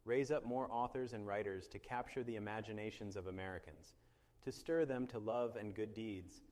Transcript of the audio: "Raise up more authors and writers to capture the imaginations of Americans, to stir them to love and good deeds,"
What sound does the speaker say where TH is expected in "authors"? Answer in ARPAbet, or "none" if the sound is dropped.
TH